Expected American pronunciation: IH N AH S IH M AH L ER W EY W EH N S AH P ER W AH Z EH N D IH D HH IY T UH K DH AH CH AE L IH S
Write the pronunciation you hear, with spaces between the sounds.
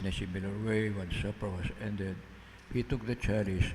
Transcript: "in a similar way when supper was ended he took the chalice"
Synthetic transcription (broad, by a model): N AH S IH M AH L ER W EY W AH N S AH P ER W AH S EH N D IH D HH IY T UH K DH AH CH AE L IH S